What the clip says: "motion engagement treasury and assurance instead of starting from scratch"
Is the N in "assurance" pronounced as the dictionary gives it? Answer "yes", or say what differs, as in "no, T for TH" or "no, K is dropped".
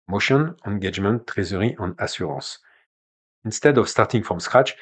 no, N is dropped